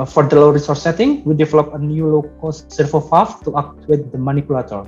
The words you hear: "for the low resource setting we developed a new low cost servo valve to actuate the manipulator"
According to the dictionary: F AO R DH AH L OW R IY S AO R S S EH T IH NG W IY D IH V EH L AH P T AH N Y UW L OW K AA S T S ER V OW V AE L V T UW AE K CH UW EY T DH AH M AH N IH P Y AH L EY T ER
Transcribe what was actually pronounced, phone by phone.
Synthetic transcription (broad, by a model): F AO R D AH L OW R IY S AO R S S EH T IH NG W IY D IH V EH L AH P AH N Y UW L OW K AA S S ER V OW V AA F T UW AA K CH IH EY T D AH M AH N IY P Y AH L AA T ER